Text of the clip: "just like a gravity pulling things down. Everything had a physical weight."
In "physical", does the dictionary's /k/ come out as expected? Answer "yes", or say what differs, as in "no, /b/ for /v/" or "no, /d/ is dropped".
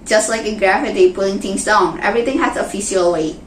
no, /k/ is dropped